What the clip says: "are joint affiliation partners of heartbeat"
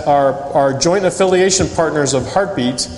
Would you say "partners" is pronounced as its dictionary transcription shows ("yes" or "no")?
yes